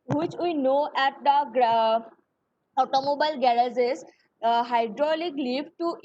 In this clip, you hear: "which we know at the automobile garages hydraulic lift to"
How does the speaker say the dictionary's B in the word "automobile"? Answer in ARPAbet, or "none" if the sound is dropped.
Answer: B